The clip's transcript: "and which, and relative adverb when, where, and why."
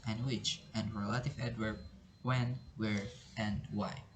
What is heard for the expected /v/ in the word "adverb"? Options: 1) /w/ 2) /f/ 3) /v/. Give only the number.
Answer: 1